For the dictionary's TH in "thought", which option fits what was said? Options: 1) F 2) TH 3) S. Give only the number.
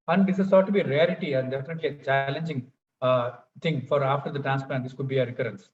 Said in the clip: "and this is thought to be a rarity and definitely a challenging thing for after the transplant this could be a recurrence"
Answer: 3